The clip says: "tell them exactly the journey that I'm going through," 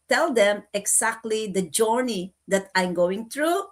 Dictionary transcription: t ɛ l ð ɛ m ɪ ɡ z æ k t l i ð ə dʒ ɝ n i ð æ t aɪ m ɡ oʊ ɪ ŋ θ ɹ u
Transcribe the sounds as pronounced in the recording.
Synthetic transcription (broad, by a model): t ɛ l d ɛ m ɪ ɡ s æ k t l i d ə dʒ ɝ n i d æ t aɪ m ɡ oʊ ɪ ŋ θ ɹ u